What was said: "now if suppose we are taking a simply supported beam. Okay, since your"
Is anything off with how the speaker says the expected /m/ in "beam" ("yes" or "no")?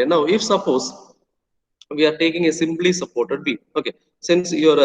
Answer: yes